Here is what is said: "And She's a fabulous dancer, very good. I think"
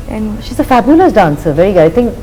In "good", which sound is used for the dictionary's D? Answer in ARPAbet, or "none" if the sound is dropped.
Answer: none